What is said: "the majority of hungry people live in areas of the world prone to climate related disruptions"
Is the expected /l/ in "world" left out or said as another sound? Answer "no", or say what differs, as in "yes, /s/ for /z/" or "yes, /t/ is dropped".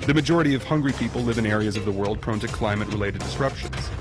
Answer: no